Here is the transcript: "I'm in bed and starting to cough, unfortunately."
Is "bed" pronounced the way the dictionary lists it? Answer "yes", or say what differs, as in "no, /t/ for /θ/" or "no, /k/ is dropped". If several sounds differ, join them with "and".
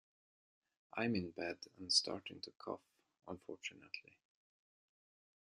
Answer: yes